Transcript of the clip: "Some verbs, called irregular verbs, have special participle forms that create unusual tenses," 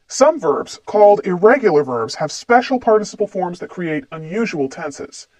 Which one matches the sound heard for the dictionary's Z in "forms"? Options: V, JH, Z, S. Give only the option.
Z